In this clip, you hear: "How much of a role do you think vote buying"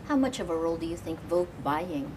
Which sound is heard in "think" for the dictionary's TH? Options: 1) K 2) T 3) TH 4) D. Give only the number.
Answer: 3